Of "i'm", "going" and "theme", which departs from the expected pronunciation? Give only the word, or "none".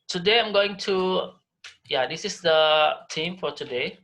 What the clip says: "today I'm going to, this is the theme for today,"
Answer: theme